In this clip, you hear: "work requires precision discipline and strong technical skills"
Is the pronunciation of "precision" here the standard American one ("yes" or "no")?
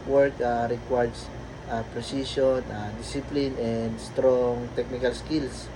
no